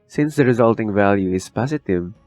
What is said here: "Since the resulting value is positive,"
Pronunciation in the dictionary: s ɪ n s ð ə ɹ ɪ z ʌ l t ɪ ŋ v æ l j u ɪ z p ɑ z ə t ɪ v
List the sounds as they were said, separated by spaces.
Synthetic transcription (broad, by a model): s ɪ n s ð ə ɹ ɪ z ʌ l t ɪ ŋ v æ l j u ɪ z p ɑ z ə t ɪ v